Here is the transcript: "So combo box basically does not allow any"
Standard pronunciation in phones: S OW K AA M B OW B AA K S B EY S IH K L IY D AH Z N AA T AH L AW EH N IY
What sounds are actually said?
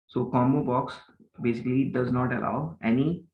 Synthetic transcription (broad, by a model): S OW K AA M OW B AA K S B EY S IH K L IY D AH Z N AA T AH L AW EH N IY